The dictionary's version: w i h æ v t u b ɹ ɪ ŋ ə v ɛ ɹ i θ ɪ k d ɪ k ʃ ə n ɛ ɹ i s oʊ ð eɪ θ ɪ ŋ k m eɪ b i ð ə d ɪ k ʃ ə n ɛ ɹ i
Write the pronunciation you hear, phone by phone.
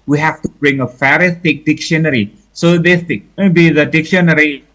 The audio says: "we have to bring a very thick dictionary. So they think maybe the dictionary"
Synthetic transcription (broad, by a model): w i h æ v t u b ɹ ɪ ŋ ə f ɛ ɹ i s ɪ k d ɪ k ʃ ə n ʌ ɹ i s oʊ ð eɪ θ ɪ k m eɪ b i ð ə d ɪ k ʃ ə n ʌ ɹ i